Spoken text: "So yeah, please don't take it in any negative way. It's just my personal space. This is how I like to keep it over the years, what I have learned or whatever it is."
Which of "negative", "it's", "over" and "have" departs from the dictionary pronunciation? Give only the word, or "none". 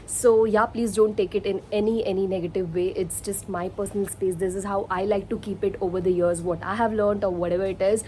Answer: none